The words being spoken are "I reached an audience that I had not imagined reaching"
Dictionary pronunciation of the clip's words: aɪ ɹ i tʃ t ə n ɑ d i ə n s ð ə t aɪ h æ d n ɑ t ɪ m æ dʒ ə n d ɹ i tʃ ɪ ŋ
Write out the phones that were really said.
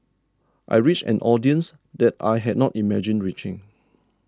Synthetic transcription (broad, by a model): aɪ ɹ i tʃ ə n ɑ d i ə n s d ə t aɪ h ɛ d n ɑ t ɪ m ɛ dʒ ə n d ɹ i tʃ ɪ ŋ